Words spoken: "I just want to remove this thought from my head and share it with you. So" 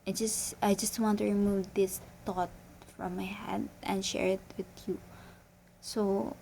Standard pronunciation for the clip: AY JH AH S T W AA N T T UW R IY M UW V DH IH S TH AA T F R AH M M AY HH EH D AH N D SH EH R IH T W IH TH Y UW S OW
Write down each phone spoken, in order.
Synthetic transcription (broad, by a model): AY JH AH S T W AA N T T UW R IY M UW V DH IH S T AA T F R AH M M AY HH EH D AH N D SH EH R IH T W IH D Y UW S OW